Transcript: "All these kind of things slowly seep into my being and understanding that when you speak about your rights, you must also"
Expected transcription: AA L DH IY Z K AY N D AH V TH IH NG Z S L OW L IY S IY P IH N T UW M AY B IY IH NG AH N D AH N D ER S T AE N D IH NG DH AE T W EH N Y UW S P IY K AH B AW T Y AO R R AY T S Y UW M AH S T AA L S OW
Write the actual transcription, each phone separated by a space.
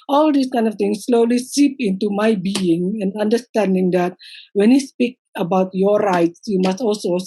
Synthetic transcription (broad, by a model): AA L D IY S K AY N D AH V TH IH NG S L OW L IY S IY P IH N T UW M AY B IY IH NG AH N D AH N D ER S T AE N D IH NG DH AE T W EH N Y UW S P IY K AH B AW T Y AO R R AY T S Y UW M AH S T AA L S OW